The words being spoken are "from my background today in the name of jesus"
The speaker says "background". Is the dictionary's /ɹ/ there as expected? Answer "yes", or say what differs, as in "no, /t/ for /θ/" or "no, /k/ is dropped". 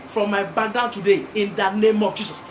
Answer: no, /ɹ/ is dropped